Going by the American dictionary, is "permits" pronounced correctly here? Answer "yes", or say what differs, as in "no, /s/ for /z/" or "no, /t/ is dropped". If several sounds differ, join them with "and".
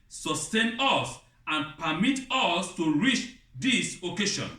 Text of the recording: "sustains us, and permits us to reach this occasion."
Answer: no, /s/ is dropped